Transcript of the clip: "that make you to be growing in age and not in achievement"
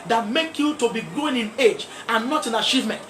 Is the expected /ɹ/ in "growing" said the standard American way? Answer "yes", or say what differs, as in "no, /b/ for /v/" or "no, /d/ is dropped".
no, /ɹ/ is dropped